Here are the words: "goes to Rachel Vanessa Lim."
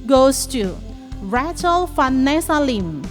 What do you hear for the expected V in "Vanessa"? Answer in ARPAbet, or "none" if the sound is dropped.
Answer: F